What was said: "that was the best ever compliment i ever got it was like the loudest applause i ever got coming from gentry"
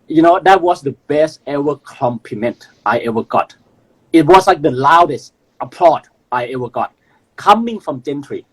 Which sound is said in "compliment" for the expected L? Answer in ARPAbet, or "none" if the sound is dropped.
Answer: none